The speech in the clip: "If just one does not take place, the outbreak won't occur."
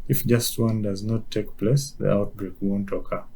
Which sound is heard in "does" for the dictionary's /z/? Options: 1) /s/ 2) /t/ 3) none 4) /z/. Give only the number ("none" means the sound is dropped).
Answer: 4